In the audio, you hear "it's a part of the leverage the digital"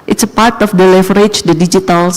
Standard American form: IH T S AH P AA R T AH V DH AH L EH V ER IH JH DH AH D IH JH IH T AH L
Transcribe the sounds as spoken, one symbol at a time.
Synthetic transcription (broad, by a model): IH T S AH P AA R T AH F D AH L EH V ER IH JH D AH D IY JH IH T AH L